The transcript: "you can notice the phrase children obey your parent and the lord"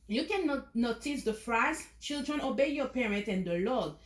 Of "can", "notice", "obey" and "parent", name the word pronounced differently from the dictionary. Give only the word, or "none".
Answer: none